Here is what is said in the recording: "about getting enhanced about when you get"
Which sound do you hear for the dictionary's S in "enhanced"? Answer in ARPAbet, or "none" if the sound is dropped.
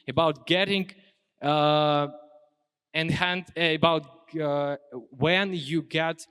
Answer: none